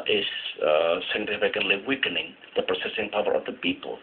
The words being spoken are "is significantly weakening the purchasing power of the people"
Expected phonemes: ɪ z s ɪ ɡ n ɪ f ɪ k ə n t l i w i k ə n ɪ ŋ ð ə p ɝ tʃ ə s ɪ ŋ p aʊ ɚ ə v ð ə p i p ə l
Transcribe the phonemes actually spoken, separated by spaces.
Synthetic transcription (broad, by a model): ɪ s s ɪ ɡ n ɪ f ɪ k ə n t l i w i k ə n ɪ ŋ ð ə p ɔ s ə s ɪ ŋ p aʊ ɚ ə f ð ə p i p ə l